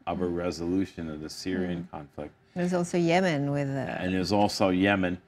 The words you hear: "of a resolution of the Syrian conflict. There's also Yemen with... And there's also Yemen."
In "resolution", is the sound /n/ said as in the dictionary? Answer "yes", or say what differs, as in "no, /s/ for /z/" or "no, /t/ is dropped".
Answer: yes